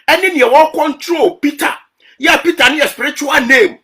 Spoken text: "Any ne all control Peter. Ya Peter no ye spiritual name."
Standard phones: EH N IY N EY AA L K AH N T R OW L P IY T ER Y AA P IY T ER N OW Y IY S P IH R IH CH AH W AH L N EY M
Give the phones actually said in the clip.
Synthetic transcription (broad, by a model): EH N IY N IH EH W K AH N T R OW L P IY T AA Y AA P IY T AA N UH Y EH S P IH R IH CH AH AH L N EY M